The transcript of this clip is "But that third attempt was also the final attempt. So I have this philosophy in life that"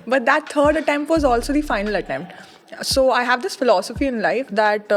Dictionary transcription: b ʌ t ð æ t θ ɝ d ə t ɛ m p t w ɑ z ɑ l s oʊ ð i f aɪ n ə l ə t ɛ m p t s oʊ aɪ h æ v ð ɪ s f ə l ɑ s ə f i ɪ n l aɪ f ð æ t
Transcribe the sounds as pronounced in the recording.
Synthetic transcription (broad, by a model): b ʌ t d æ t t ɝ d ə t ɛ m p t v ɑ z ɑ l s oʊ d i f aɪ n ə l ə t ɛ m p t s oʊ aɪ h æ v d ɪ s f ə l ɑ s ə f i ɪ n l aɪ f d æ t